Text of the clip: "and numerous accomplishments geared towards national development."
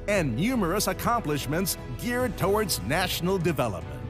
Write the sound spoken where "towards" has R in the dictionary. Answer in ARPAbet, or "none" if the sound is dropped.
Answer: R